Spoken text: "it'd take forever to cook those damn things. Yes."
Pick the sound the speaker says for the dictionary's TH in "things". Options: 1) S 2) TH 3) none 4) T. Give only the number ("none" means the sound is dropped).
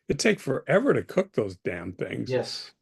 2